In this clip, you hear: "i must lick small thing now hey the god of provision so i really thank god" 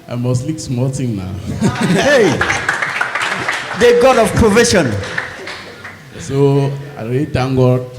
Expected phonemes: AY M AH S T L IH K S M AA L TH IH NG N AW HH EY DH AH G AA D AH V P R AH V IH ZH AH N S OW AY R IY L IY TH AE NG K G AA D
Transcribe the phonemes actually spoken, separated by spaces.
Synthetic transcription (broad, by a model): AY M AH S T L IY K S M AA L T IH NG N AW HH EY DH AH G AA D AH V P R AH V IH SH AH N S OW AY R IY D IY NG G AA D